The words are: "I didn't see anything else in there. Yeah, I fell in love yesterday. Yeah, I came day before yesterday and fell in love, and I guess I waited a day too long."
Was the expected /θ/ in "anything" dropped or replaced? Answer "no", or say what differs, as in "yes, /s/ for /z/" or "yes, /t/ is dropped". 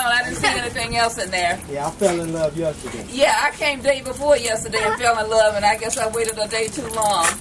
no